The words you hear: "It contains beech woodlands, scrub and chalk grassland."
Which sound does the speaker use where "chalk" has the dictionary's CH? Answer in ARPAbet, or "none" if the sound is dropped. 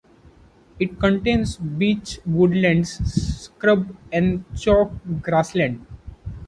CH